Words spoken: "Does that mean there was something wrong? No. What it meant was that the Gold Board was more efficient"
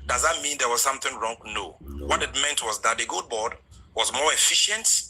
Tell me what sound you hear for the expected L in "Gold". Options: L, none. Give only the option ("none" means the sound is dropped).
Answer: none